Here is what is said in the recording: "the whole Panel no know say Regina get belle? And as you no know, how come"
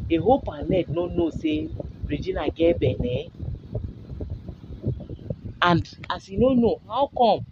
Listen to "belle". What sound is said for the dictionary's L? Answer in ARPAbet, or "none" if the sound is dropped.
N